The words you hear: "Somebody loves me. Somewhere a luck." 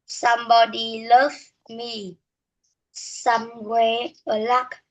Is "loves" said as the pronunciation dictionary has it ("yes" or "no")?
no